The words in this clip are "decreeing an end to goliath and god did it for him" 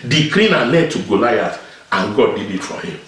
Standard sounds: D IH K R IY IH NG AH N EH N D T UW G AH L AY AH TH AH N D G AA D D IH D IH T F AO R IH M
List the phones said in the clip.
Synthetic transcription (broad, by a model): D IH K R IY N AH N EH D T UW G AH L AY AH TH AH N G AA D D IH D IH T F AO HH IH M